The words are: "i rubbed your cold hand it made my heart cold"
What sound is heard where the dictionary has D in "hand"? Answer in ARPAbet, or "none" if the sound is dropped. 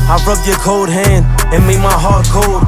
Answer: D